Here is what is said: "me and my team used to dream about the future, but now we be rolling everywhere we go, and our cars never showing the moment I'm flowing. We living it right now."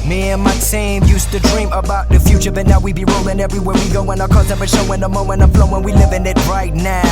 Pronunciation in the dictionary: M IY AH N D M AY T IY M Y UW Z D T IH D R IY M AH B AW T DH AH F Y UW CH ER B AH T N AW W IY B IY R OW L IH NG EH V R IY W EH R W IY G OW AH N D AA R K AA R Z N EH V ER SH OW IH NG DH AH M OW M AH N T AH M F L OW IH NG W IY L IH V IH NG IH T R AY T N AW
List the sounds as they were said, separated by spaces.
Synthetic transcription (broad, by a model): M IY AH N M AY S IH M Y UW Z T IH D R IY M AH B AW T DH AH F Y UW CH ER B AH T N AW W IY B IY R OW L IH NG EH V R IY W EH R W IY G OW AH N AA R K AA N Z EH P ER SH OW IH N DH AH M OW M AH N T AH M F L OW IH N W IY L IH V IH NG IH T R AY T N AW